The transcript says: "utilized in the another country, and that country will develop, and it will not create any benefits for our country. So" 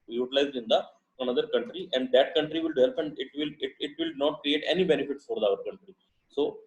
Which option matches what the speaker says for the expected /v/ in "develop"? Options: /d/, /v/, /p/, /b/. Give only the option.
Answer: /p/